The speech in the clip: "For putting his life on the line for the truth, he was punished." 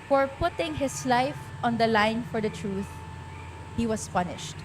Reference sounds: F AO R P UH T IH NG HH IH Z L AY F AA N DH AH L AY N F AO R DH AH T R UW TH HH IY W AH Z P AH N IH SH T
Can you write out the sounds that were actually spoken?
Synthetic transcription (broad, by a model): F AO R P UH T IH NG HH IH S L AY F AA N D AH L AY N F AO R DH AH T R UW TH HH IY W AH S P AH N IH SH T